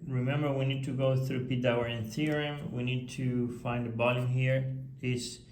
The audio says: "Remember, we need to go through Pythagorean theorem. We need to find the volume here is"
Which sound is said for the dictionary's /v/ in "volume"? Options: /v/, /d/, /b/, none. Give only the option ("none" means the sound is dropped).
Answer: /b/